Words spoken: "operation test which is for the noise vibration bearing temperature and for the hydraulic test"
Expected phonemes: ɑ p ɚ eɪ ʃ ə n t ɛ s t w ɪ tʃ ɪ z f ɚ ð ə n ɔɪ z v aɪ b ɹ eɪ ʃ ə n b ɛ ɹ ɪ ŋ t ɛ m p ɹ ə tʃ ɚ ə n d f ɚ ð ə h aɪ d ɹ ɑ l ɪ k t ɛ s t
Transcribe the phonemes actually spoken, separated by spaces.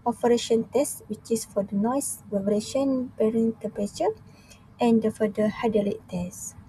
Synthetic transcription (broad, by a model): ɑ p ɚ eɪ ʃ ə n t ɛ s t w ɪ tʃ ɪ s f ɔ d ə n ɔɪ s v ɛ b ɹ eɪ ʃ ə n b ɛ ɹ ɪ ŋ t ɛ m p ə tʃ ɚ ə n d f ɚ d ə h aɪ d ɑ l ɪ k t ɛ s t